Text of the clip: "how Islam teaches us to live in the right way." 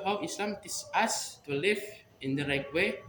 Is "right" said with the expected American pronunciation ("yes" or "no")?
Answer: yes